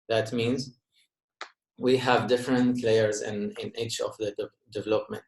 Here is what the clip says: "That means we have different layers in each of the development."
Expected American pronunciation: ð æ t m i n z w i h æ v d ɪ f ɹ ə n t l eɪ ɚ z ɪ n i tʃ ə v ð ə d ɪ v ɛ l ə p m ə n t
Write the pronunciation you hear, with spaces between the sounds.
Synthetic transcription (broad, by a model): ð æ t m i n z w i h æ v d ɪ f ɹ ə n t l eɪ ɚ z ɪ n i tʃ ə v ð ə d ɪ v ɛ l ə p m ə n t